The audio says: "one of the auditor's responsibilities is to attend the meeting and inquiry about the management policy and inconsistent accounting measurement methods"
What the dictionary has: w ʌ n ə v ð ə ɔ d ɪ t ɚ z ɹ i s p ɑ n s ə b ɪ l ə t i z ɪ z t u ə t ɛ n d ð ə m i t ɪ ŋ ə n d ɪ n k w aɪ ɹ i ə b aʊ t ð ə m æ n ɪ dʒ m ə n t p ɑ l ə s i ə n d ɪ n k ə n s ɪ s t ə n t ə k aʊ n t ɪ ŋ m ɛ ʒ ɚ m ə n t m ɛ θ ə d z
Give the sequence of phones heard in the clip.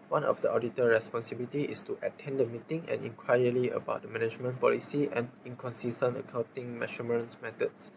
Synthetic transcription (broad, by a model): w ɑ n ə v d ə ɔ d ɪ t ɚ ɹ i s p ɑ n s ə b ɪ l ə t i ɪ s t u ə t ɛ n d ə m i t ɪ ŋ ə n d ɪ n k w aɪ l i ə b aʊ t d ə m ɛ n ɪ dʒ m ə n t p ɑ l ə s i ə n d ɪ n k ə n s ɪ s t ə n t ə k aʊ n t ɪ ŋ m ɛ ʃ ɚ m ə n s m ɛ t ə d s